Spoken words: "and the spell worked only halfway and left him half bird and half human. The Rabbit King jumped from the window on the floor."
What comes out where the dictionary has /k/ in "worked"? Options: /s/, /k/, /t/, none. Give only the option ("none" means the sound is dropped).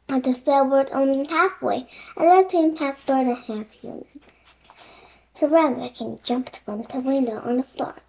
none